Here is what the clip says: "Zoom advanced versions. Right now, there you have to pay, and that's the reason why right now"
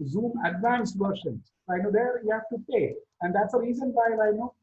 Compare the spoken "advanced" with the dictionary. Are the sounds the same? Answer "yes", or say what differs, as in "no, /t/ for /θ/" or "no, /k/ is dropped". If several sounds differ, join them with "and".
yes